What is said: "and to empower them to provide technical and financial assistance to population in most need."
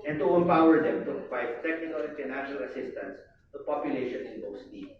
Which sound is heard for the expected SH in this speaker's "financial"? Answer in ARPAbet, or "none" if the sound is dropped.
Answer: none